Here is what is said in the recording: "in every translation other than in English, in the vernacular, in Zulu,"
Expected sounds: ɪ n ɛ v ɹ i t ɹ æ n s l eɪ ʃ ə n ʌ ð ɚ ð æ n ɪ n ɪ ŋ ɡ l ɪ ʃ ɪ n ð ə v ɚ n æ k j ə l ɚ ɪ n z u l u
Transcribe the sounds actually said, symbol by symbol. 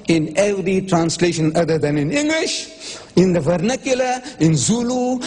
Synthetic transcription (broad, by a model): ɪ n ɛ v ɹ i t ɹ æ n s l eɪ ʃ ə n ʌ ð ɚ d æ n ɪ n ɪ ŋ ɡ l ɪ ʃ ɪ n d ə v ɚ n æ k j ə l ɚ ɪ n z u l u